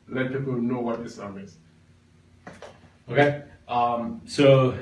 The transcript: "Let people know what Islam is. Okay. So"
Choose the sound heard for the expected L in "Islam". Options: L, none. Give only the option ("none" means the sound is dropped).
none